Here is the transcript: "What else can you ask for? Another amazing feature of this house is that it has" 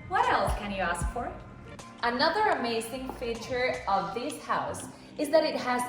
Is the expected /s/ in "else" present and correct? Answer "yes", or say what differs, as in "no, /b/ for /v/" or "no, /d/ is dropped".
no, /s/ is dropped